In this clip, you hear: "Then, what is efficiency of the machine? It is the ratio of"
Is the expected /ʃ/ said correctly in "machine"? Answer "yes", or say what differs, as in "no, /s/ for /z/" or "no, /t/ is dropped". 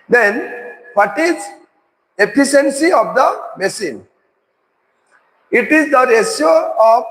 no, /s/ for /ʃ/